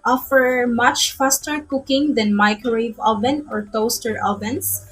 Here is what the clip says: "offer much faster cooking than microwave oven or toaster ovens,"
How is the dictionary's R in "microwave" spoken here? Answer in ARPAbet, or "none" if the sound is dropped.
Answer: none